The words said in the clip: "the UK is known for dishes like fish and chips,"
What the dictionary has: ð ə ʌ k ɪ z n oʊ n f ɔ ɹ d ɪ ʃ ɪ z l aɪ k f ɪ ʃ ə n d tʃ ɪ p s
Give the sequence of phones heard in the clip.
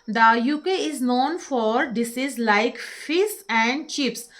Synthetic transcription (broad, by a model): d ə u k ɪ z n oʊ n f ɔ ɹ d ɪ s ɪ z l aɪ k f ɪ s ə n d tʃ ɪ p s